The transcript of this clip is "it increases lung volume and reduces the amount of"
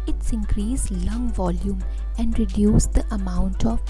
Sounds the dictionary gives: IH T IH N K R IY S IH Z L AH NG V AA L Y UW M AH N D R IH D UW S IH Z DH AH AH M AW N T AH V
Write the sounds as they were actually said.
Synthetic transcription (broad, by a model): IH T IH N K R IY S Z L AH NG V AA L Y UW M AH N D R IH D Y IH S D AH AH M AW N T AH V